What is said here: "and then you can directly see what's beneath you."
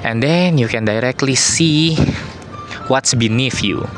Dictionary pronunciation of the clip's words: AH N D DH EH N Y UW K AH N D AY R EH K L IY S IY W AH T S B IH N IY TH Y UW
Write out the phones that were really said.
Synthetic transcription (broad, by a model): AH N D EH N Y UW K AH N D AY R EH K L IY S IY W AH T S B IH N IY F Y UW